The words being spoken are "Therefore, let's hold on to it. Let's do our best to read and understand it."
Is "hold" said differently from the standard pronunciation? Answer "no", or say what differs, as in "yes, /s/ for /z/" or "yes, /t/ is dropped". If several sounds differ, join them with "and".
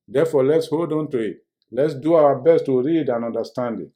no